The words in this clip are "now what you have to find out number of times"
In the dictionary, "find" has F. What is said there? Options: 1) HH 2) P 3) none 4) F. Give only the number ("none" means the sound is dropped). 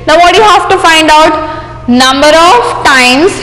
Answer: 4